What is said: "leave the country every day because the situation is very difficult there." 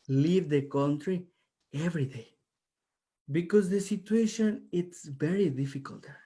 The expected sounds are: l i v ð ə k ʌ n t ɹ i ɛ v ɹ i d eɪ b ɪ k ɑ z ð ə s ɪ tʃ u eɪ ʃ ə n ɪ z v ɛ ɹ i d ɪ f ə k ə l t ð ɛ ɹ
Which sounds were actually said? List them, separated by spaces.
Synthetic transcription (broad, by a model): l i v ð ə k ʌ n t ɹ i ɛ v ɹ i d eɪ b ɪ k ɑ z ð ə s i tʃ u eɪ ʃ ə n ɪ s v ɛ ɹ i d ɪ f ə k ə l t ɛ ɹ